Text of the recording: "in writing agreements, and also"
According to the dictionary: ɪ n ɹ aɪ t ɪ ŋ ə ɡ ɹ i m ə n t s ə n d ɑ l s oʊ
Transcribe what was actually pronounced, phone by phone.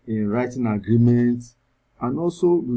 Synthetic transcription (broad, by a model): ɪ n ɹ aɪ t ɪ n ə ɡ ɹ i m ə n t ə n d ɑ l s oʊ